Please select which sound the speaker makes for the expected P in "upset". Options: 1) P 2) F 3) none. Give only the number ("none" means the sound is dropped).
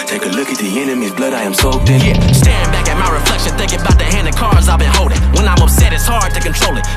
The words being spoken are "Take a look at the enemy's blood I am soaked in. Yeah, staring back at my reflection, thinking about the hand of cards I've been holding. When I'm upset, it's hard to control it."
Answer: 1